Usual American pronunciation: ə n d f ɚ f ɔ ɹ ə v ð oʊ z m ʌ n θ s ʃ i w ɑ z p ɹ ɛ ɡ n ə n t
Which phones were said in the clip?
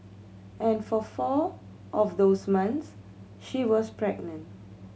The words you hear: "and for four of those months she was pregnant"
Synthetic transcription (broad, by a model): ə n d f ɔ f ɔ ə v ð oʊ s m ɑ n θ s ʃ i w ɑ s p ɹ ɛ ɡ n ə n t